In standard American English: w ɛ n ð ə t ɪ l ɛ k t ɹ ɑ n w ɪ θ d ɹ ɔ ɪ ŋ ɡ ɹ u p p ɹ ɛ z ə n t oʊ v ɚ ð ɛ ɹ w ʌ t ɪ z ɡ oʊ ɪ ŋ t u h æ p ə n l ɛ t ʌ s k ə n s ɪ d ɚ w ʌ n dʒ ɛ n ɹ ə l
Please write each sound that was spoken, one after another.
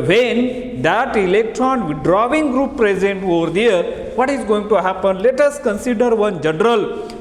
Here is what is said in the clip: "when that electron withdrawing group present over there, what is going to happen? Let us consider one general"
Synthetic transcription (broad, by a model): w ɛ n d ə t ɪ l ɛ k t ɹ ɑ n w d ɹ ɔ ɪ ŋ ɡ ɹ u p p ɹ ɛ z ə n t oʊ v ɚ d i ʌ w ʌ t ɪ z ɡ oʊ ɪ ŋ t u h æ p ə n l ɛ t ʌ s k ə n s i d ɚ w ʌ n dʒ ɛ n ɹ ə l